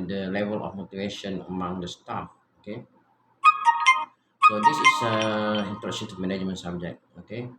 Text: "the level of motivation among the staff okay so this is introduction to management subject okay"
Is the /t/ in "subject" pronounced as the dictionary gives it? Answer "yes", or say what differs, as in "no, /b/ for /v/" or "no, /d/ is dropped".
no, /t/ is dropped